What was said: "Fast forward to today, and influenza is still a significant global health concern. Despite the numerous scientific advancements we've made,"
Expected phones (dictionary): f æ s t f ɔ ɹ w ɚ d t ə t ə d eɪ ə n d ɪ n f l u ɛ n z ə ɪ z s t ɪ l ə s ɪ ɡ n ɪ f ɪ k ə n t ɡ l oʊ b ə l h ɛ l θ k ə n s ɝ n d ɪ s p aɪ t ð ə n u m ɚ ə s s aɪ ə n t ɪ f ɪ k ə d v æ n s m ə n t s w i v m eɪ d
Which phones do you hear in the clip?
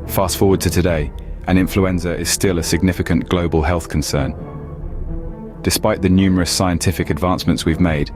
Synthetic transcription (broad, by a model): f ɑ s t f ɔ w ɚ d t ə t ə d eɪ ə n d ɪ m f l u ɛ n z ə ɪ z s t ɪ l ə s ɪ ɡ n ɪ f ɪ k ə n ɡ l oʊ b ə l h ɛ l θ k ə n s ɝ n d ɪ s p aɪ t ð ə n u m ɚ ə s s aɪ ə n t ɪ f ɪ k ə d v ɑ n s m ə n t s w i v m eɪ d